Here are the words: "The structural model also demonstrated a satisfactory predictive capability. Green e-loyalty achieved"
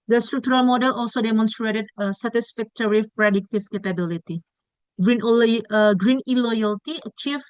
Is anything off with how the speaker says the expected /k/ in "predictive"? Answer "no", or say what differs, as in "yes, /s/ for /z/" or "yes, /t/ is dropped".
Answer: no